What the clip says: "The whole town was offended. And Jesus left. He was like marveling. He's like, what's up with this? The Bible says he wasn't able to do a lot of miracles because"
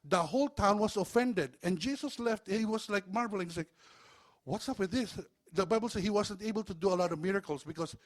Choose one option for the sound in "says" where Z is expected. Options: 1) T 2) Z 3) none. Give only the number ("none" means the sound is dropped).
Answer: 3